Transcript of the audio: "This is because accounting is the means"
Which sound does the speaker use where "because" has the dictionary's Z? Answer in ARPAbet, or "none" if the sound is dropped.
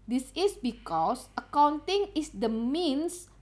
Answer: S